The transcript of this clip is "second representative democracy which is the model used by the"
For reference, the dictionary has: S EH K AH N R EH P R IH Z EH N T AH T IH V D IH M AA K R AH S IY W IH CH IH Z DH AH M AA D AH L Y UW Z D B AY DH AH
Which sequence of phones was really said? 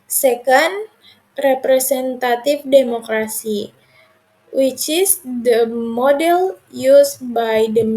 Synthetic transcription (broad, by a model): S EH K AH N R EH P R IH S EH N T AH T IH F D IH M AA K R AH S IY W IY CH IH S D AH M AA D AH L Y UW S B AY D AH